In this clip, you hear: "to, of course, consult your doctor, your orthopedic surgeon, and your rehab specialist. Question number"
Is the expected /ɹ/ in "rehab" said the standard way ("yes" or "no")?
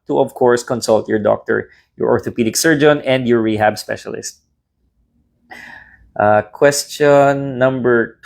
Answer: yes